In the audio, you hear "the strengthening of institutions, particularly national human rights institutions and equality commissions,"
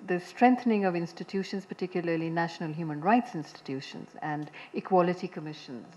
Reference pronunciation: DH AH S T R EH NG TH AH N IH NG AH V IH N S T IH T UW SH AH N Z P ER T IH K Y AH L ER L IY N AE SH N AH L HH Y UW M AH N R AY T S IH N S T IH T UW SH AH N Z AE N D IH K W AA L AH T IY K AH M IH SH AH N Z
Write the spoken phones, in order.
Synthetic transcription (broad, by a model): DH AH S T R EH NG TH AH N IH NG AH V IH N S T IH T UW SH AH N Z P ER T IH K Y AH L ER L IY N AE SH N AH L HH Y UW M AH N R AY T S IH N S T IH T UW SH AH N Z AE N D IH K W AA L AH T IY K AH M IH SH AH N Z